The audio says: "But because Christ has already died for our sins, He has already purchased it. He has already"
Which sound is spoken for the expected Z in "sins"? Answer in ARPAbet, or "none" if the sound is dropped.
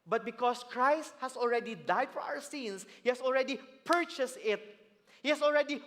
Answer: S